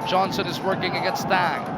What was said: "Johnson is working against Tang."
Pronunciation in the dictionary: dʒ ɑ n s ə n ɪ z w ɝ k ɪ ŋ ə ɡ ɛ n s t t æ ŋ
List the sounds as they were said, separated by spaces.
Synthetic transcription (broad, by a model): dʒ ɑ n s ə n ɪ z w ɝ k ɪ ŋ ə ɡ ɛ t s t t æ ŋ